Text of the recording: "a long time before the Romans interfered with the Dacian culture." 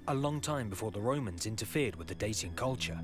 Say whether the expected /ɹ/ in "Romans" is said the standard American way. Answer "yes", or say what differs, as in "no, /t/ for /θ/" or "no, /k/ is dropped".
yes